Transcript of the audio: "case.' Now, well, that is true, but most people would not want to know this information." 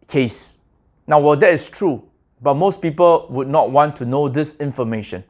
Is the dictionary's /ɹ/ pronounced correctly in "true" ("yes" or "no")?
yes